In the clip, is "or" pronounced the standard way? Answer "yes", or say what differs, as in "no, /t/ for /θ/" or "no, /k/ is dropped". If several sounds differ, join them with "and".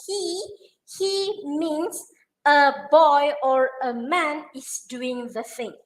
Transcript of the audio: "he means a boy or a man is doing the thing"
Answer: yes